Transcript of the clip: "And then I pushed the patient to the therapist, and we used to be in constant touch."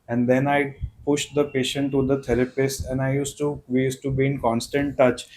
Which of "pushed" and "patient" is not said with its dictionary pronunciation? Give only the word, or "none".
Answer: none